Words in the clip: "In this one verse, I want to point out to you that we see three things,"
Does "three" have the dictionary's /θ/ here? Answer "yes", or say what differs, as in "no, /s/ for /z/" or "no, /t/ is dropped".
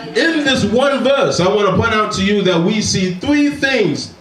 yes